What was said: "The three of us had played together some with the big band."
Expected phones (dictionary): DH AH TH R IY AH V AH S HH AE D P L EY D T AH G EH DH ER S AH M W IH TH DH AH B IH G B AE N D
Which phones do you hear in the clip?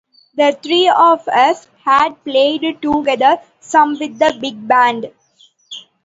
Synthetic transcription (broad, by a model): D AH T R IY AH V AH S HH AE D P L EY D T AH G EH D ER S AH M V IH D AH B IH G B AE N D